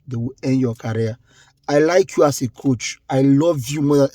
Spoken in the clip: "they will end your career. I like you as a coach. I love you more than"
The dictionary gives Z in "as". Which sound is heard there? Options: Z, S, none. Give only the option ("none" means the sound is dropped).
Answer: S